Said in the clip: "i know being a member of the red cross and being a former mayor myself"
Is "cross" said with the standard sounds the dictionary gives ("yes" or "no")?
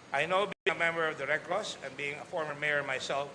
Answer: no